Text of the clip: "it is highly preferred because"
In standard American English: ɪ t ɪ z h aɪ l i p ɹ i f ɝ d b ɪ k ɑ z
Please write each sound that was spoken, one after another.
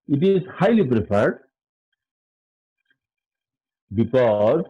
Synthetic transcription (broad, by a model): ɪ t ɪ z h aɪ l i p ɹ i p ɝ d b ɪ k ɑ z